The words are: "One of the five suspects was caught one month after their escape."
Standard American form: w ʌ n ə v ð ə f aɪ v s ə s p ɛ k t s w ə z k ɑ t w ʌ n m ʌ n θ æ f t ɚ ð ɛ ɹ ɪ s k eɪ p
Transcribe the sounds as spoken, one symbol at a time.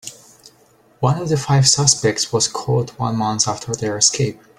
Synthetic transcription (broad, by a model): w ʌ n ə v ð ə f aɪ v s ə s p ɛ k t s w ə z k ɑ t w ʌ n m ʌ n s æ f t ɚ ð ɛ ɹ ɪ s k eɪ p